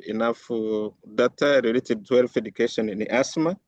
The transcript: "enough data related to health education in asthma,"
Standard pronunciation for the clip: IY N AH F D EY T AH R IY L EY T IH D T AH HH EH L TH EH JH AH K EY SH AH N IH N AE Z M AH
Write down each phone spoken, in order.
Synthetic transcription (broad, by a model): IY N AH F D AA T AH R IY L EY T IH D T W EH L F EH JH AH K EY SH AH N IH N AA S M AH